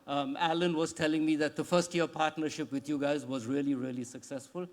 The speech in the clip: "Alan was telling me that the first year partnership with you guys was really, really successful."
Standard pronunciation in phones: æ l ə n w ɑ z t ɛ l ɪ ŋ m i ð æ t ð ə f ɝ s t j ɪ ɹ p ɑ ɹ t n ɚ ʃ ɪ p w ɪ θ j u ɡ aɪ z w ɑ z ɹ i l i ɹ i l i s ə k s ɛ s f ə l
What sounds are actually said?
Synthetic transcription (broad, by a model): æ l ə n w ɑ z t ɛ l ɪ ŋ m i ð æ t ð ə f ɝ s t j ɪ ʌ p ɑ ɹ t n ɚ ʃ ɪ p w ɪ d j u ɡ aɪ z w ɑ z ɹ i l i ɹ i l i s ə k s ɛ s f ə l